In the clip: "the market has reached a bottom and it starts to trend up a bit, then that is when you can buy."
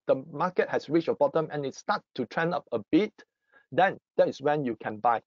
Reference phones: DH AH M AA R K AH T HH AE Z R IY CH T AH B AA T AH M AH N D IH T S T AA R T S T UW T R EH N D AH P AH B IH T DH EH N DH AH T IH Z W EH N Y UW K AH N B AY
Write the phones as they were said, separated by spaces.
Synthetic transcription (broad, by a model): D AH M AA K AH T HH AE S R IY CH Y AH B AA T AH M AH N IH T S T AA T T UW T R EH N AH P AH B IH T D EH N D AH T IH S W EH N Y UW K AH N B AY